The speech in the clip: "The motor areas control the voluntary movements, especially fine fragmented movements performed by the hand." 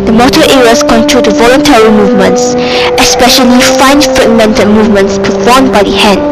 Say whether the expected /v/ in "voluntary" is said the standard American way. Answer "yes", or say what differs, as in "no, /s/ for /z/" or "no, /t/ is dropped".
yes